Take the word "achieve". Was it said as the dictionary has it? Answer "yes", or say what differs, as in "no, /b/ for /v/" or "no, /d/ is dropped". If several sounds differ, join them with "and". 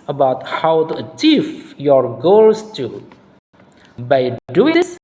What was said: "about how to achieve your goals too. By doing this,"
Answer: no, /f/ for /v/